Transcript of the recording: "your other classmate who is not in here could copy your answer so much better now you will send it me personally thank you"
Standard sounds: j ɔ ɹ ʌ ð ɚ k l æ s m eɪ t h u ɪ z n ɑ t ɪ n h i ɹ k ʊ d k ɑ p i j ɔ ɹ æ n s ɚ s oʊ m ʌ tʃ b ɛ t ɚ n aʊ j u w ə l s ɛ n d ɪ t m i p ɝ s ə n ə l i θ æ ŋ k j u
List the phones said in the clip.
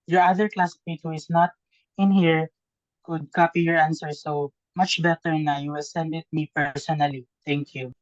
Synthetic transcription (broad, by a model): j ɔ ɹ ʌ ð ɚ k l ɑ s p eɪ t h u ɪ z n ɑ t ɪ n h i ɹ k ʊ d k ɑ p i j ɔ ɹ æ n s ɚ s oʊ m ʌ tʃ b ɛ t ɚ n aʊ j u s ɛ n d ɪ t m i p ɝ s ə n ə l i t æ ŋ k j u